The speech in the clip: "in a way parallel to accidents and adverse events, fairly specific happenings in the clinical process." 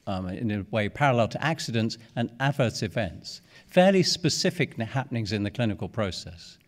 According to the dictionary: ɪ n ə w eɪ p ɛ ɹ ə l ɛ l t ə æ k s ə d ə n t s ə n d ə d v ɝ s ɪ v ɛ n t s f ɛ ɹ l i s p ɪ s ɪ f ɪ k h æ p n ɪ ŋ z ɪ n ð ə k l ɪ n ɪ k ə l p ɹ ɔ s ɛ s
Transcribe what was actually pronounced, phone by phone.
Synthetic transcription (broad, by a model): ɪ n ə w eɪ p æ ɹ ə l ɛ l t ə æ k s ə d ə n t s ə n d ə d v ɝ s ɪ v ɛ n t s f ɛ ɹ l i s p ɪ s ɪ f ɪ k h æ p n ɪ ŋ z ɪ n ð ə k l ɪ n ɪ k ə l p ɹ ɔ s ɛ s